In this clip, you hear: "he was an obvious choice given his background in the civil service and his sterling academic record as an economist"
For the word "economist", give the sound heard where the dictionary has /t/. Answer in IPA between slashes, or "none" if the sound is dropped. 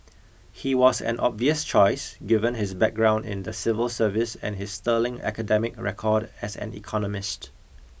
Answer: /t/